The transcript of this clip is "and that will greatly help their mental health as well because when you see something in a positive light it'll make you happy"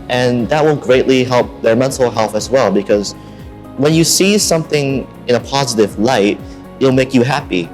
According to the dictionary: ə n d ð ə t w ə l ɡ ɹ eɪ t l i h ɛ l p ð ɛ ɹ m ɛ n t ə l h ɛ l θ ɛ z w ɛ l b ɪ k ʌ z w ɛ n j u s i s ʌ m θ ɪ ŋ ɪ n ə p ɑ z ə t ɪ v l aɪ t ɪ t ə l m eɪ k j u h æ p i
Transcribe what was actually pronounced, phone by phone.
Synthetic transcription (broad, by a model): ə n ð ə t w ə n ɡ ɹ eɪ t l i h ɛ l p ð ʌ ɹ m ɛ n t l h ɛ l θ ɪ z w ɛ l b ɪ k ʌ z w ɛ n j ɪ s i s ʌ m θ ɪ ŋ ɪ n ə p ɑ z ə t ɪ v l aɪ ɪ t ə l m eɪ k j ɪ h æ p i